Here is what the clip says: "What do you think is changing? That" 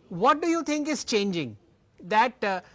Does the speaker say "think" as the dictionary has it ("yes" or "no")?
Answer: no